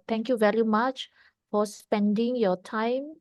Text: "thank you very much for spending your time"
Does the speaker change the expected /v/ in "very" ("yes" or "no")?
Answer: no